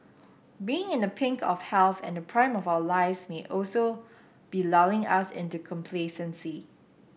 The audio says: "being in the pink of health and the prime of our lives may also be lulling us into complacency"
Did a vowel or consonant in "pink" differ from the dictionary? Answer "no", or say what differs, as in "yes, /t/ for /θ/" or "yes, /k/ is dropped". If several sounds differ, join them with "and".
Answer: no